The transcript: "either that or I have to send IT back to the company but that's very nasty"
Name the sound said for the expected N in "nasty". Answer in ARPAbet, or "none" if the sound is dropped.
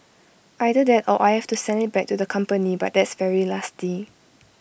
L